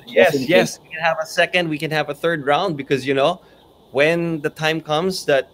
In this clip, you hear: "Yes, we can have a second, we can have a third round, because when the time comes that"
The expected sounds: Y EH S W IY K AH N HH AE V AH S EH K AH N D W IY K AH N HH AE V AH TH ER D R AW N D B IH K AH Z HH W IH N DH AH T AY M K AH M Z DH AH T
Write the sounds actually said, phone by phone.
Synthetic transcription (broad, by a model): Y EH S W IY K AH N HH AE V AH S EH K AH N D W IY K AH N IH V AH TH ER D R AW N D B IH K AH Z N W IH N DH AH T AY M K AH M Z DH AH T